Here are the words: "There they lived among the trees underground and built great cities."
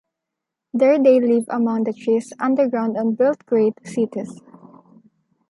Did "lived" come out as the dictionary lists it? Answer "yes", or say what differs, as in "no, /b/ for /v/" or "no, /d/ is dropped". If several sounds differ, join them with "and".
no, /d/ is dropped